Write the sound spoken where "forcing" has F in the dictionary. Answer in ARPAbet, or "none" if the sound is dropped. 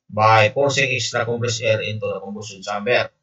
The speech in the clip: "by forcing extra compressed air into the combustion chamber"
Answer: P